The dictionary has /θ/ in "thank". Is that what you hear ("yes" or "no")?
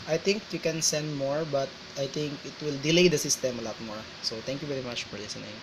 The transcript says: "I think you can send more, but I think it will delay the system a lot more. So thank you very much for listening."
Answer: no